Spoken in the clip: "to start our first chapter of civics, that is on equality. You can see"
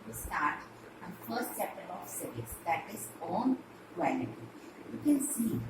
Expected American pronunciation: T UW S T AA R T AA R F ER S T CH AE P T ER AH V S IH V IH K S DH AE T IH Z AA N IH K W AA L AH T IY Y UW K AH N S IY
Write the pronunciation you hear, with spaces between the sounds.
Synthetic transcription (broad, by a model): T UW S T AA R T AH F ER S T S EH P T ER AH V S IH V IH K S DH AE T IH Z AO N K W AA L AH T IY Y UW K AH N S IY